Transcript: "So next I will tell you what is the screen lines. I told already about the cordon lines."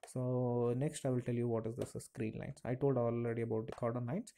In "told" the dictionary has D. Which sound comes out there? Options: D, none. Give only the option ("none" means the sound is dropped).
D